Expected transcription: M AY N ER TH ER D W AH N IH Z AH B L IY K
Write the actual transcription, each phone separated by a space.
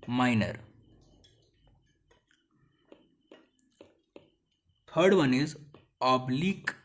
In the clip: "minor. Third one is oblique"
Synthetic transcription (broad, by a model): M AY N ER T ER D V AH N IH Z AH B L IY K